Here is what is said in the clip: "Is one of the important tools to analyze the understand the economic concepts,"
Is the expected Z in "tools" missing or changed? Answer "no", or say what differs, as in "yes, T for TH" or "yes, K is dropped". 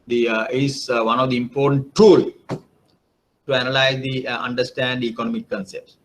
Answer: yes, Z is dropped